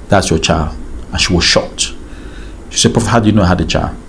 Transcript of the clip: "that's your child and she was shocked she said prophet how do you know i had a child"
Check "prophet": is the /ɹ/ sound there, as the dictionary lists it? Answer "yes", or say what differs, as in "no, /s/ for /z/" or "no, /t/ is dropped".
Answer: no, /ɹ/ is dropped